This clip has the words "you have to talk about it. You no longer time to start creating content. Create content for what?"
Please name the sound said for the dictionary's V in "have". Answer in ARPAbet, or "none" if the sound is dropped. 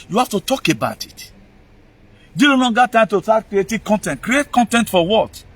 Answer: F